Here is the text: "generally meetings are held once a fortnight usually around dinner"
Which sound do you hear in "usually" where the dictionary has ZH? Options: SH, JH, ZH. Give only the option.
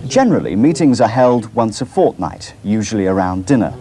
ZH